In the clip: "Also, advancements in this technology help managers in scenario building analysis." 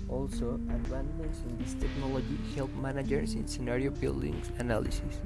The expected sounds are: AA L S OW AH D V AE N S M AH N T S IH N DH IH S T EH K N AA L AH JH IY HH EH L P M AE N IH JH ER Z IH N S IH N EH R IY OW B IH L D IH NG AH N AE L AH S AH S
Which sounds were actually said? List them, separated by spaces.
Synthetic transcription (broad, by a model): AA L S OW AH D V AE N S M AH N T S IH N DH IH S T EH K N AA L AH JH IY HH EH L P M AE N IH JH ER S IH N S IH N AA R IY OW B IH L D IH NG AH N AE L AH S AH S